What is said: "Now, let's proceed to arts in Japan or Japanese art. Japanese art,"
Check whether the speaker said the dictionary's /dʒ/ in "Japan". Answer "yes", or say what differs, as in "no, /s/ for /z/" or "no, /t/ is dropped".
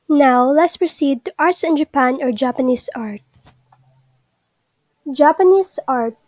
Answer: yes